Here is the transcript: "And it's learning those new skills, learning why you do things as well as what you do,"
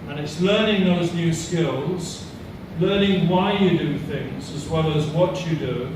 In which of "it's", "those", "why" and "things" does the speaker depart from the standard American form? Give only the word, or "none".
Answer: none